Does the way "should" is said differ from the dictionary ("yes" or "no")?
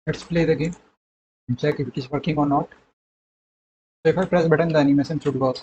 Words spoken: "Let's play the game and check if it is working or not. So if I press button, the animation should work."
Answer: yes